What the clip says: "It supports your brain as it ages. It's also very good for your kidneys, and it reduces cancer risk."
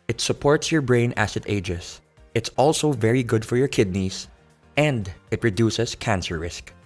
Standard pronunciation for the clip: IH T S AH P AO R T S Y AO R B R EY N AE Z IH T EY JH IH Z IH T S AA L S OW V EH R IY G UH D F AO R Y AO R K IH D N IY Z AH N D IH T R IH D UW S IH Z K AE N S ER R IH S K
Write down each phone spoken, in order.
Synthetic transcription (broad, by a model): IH T S AH P AO R T S Y AO R B R EY N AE S IH T EY JH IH S IH T S AA L S OW V EH R IY G UH D F AO R Y AO R K IH D N IY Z AH N D IH T R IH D UW S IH S K AE N S ER R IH S K